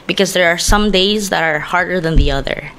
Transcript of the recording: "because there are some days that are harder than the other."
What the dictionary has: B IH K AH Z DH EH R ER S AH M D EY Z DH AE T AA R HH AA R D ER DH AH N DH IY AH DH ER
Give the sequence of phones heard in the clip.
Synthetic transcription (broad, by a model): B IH K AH Z DH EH R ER S AH M D EY Z DH AE T AA R HH AA R D ER DH AH N DH IY AH DH ER